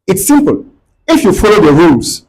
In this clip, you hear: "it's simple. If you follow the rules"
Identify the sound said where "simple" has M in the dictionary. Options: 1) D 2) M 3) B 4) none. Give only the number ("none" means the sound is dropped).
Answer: 2